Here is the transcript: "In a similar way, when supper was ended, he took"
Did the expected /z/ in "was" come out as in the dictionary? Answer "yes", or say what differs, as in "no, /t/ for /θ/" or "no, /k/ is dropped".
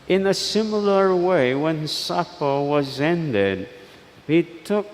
yes